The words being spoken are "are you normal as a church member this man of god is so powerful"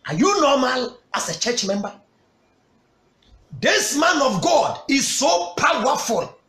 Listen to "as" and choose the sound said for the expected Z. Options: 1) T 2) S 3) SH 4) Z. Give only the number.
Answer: 2